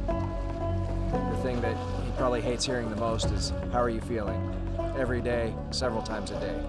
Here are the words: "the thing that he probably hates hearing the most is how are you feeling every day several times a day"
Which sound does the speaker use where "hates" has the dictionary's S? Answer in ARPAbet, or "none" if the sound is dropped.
S